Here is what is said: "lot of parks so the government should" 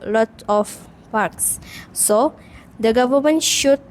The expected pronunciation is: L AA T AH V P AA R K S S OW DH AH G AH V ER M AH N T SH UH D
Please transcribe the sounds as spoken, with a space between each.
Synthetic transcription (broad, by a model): L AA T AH F P AA R K S S OW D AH G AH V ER M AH N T SH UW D